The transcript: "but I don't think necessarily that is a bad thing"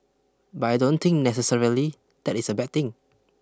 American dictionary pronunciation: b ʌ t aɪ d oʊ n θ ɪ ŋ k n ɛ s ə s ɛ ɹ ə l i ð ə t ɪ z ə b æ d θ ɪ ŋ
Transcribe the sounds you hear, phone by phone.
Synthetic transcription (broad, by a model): b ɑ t aɪ d oʊ n t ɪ ŋ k n ɛ s ə s ɛ ɹ ə l i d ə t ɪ s ə b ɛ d t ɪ ŋ